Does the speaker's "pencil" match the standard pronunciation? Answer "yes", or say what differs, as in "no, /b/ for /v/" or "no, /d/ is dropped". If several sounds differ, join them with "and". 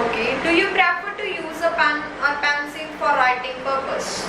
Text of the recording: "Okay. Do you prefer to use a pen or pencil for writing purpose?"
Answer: no, /n/ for /l/